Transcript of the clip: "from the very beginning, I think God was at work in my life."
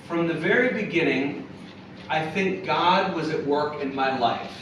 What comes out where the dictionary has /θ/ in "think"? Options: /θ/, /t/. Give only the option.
/θ/